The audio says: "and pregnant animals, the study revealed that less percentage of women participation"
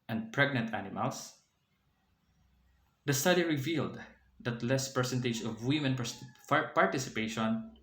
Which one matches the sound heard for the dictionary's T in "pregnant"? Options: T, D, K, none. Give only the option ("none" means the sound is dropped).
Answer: T